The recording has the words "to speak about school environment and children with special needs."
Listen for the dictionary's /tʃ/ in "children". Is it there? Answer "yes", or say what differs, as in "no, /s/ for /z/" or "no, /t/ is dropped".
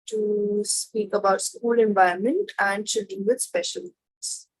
no, /ʃ/ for /tʃ/